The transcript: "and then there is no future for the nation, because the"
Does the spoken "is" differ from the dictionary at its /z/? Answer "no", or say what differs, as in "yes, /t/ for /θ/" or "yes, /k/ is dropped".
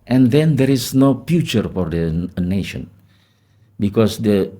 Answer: yes, /s/ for /z/